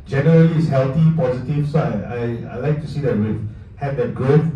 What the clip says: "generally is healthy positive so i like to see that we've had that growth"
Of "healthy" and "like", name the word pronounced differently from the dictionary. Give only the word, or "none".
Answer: healthy